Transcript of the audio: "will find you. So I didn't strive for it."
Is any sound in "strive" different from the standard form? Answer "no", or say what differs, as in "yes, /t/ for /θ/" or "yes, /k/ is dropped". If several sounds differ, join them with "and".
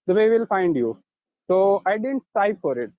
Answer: yes, /ɹ/ is dropped and /p/ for /v/